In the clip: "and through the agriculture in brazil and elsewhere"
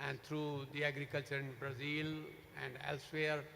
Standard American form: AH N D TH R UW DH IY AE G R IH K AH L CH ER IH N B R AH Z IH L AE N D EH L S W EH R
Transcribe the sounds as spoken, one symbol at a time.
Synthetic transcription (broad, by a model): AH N D T R UW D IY AE G R IH K AH L CH ER IH N B R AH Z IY L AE N D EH L S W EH R